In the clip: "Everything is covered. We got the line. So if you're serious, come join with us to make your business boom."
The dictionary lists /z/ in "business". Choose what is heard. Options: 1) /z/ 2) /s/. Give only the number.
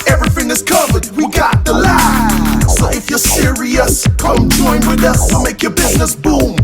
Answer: 1